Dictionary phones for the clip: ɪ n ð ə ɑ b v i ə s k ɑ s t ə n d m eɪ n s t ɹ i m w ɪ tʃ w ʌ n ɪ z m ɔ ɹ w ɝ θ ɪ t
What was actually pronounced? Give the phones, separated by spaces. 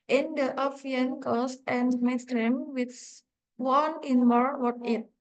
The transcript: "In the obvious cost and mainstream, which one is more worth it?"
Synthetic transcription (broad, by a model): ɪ n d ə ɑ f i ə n k ɑ s t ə n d m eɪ s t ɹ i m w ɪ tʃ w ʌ n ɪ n m ɔ ɹ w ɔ t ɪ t